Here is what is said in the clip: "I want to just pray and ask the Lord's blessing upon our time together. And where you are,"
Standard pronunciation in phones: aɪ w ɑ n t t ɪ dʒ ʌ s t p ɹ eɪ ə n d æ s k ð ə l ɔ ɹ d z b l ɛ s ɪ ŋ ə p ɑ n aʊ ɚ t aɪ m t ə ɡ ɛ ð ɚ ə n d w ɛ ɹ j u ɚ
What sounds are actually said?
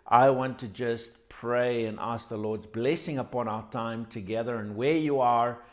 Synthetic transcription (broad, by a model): aɪ w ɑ n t t ɪ dʒ ʌ s t p ɹ eɪ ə n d æ s k ð ə l ɔ ɹ d z b l ɛ s ɪ ŋ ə p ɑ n aʊ ɚ t aɪ m t ə ɡ ɛ ð ɚ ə n w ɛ ɹ j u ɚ